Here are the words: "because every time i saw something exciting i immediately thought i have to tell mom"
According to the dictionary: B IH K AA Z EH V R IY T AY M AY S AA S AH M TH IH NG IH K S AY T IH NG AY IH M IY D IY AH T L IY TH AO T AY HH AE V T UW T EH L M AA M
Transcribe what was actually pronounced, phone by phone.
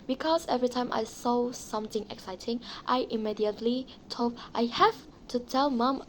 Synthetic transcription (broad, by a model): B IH K AA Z EH V R IY T AY M AY S AA S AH M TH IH NG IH K S AY T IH NG AY IH M IY D IY AH T L IY T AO T AY HH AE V T UW T EH L M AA M